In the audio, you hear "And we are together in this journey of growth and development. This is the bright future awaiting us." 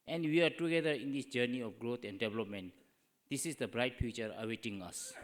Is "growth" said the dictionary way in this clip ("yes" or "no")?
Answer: no